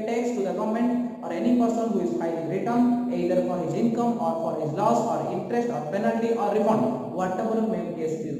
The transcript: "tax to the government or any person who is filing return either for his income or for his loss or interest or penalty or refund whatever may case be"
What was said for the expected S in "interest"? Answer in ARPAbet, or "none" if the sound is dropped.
S